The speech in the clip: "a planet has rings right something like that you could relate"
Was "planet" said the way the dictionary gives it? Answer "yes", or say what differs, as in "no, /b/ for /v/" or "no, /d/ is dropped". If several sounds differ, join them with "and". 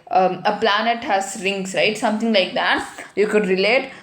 yes